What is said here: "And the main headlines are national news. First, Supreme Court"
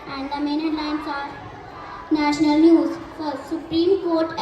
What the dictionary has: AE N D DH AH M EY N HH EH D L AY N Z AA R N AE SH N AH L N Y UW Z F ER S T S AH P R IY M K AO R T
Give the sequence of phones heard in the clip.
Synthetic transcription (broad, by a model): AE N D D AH M EY N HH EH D L AY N S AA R N AE SH N AH L N Y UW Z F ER T S AH P R IY M K AO R T